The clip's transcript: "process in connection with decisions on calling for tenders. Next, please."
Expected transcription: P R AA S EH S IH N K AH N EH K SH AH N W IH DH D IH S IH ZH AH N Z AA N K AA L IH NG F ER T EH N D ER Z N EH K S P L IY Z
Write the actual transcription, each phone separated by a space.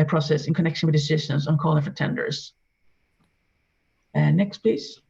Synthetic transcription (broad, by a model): P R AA S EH S IH N K AH N EH K SH AH N W IH DH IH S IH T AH N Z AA N K AA L IH NG F ER T EH N D ER Z N EH K S P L IY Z